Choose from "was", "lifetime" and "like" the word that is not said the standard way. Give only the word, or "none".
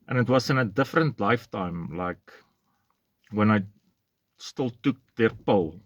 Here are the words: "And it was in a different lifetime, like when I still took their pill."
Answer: was